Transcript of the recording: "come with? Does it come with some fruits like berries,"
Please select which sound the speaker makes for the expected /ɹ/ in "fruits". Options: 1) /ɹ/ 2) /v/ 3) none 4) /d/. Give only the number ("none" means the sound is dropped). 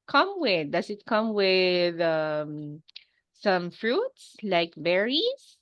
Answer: 1